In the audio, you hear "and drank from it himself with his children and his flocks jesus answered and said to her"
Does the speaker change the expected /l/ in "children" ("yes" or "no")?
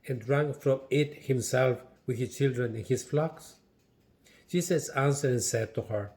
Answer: no